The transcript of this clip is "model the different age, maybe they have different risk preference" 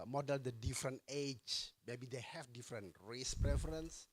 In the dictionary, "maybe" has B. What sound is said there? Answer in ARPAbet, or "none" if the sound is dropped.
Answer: B